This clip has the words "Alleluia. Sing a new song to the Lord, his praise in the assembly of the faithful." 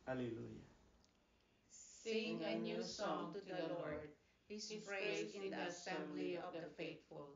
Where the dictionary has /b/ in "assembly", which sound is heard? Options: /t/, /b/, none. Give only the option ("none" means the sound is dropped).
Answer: none